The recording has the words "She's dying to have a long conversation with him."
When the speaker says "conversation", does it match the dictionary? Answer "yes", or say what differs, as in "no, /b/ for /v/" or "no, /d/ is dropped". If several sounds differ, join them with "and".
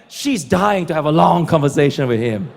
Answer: yes